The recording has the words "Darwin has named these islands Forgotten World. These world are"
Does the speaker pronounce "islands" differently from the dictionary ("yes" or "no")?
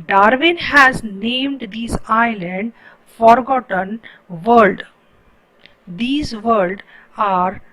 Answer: yes